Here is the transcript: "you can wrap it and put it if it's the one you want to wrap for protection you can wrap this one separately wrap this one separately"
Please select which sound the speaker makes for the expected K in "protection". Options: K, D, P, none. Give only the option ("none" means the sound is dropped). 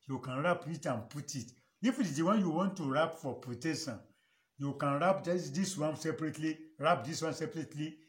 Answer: none